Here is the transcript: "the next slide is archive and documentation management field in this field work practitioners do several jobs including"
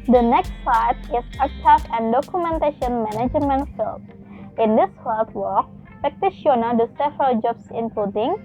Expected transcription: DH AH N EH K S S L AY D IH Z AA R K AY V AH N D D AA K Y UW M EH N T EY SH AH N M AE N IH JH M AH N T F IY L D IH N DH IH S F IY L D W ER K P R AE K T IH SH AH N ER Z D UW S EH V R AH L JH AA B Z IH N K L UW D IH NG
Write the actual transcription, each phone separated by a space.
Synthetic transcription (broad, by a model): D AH N EH K S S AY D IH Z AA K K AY F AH N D D AA K Y UW M EH N T EY SH AH N M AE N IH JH M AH N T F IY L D IH N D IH S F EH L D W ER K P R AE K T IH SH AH N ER D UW S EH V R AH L JH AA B S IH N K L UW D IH NG